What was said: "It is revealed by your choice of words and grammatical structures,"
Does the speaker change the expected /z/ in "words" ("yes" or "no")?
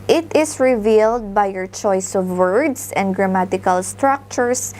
yes